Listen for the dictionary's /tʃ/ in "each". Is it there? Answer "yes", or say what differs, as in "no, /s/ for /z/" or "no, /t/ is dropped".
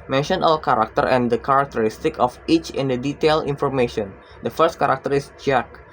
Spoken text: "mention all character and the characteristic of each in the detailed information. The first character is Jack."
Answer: yes